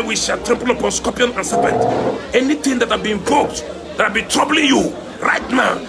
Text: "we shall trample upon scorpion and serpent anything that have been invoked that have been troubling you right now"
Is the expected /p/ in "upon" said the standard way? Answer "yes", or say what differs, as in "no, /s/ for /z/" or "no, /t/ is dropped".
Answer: yes